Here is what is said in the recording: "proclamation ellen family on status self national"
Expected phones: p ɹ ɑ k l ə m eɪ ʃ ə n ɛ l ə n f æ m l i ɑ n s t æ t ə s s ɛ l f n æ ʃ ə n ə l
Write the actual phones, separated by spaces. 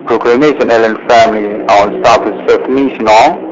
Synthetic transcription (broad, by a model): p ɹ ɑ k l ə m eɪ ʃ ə n ɛ l ə n f æ m l i ɑ n s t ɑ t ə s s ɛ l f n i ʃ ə n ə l